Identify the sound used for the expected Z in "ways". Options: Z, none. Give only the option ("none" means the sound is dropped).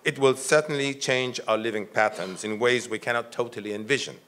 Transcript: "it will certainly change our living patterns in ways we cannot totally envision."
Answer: Z